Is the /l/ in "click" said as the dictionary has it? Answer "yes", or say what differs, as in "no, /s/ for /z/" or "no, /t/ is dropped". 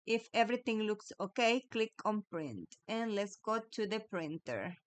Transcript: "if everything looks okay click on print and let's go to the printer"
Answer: yes